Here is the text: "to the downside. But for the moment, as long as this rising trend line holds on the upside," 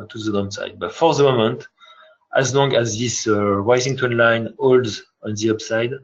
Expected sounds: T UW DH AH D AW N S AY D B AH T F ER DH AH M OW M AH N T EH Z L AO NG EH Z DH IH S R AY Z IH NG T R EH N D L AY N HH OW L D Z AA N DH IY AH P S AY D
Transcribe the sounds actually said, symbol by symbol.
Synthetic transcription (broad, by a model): T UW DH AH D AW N S AY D B AH T F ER DH AH M OW M AH N T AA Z L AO NG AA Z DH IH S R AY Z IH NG T AO N L AY N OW L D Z AA N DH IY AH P S AY D